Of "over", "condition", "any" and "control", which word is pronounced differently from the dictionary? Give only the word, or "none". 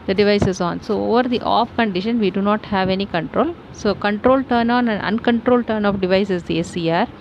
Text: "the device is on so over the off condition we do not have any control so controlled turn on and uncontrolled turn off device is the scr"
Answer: none